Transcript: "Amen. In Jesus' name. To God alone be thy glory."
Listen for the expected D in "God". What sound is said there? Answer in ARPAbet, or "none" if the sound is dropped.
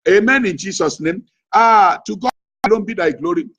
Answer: none